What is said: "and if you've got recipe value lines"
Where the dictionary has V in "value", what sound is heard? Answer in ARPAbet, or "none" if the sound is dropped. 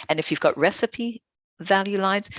V